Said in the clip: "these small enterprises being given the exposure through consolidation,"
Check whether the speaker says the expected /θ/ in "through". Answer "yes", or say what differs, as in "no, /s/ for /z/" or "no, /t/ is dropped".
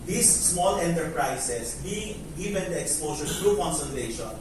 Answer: no, /t/ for /θ/